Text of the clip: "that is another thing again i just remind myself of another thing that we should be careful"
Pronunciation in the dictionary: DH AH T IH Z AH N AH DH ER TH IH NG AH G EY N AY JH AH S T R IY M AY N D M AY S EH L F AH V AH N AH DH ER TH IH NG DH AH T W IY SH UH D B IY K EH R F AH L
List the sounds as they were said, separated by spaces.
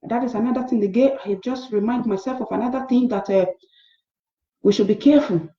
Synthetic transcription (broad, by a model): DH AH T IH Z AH N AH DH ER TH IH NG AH G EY AY JH AH S T R IY M AY N D M AY S EH L F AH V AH N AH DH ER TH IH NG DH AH T W IY SH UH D B IY K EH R F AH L